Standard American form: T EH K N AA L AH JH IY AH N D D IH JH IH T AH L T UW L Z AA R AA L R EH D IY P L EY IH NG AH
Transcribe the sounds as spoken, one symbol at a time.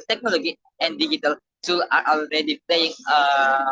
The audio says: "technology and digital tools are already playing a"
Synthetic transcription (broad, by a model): T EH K N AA L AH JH IY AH N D D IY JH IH T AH L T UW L AA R AA L R EH D IY P L EY IH NG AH